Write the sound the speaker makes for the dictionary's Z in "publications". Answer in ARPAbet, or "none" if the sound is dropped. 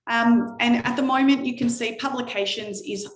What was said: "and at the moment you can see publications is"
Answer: Z